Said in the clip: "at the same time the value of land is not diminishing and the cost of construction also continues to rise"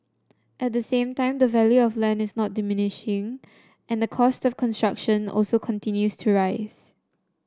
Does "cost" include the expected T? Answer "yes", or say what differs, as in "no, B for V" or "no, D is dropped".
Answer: yes